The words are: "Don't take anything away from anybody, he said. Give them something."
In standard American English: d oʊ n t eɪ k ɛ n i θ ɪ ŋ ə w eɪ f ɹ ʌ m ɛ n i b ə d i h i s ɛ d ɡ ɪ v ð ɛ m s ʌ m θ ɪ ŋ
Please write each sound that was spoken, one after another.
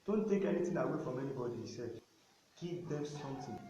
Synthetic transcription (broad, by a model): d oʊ n t eɪ k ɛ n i t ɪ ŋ ə w eɪ f ɹ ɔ m ɛ n i b ə d i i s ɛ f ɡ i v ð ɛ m s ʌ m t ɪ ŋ